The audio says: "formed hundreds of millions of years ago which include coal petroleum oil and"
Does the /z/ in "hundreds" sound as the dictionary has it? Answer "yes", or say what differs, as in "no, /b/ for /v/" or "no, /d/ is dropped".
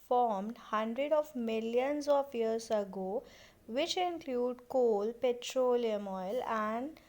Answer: no, /z/ is dropped